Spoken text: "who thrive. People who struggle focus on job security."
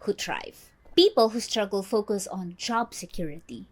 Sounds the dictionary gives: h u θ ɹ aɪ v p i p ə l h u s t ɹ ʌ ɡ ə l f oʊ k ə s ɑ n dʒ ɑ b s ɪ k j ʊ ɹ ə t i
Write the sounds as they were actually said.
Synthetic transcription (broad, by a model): h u t ɹ aɪ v p i p ə l h u s t ɹ ʌ ɡ ə l f oʊ k ə s ɑ n dʒ ɑ b s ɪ k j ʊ ɹ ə t i